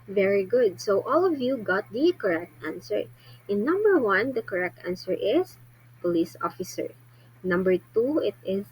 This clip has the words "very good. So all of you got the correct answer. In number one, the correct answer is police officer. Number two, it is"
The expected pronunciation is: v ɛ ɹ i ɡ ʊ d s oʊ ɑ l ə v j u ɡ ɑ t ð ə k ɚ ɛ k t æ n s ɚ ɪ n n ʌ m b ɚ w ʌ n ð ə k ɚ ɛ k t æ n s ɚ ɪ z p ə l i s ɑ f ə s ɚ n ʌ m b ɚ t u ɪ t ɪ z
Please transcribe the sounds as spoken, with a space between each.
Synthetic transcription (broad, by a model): v ɛ ɹ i ɡ ʊ d s oʊ ɑ l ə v j u ɡ ɑ t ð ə k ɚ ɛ k t æ n s ɚ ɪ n n ʌ m b ɚ w ʌ n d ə k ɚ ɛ k t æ n s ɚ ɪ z p ə l i s ɑ f ə s ɚ n ʌ m b ɚ t u ɪ t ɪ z